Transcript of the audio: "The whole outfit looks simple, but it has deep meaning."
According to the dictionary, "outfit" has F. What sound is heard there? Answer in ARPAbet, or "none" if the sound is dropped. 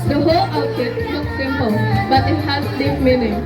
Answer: none